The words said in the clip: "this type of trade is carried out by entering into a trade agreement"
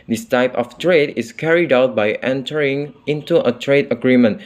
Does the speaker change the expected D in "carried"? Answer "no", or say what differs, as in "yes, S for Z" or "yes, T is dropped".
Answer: no